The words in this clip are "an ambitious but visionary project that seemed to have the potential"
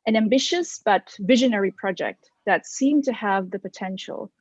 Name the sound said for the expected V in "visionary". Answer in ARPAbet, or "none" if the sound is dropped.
V